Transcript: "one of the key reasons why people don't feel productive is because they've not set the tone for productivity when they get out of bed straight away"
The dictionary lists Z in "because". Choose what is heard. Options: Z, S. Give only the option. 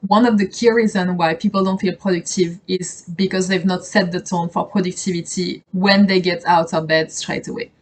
Z